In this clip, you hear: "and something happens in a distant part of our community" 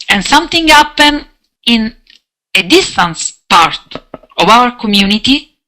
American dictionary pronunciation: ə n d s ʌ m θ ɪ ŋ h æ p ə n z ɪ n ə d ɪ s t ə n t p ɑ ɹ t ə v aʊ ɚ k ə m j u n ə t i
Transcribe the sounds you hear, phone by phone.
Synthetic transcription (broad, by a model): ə n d s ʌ m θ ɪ ŋ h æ p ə n ɪ n ə d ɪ s t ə n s p ɑ ɹ t ə v aʊ ɚ k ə m j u n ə t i